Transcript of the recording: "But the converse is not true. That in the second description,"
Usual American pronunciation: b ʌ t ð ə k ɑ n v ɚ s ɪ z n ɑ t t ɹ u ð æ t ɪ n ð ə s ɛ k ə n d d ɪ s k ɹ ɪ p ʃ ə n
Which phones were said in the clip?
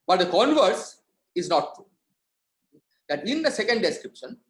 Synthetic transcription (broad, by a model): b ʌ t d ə k ɑ n v ɚ s ɪ z n ɑ t t ɹ u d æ t ɪ n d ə s ɛ k ə n d d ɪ s k ɹ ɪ p ʃ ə n